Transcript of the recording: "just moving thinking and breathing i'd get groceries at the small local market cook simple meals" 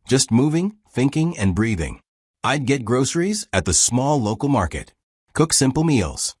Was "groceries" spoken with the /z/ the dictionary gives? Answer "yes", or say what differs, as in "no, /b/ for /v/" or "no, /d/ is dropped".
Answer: yes